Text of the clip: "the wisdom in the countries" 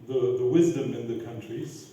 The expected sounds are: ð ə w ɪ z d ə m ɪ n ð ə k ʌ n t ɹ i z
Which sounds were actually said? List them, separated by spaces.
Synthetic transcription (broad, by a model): ð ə w ɪ z d ə m ɪ n ð ə k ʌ n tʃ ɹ i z